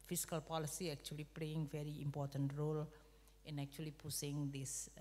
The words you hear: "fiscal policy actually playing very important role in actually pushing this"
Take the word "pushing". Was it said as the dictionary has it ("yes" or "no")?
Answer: no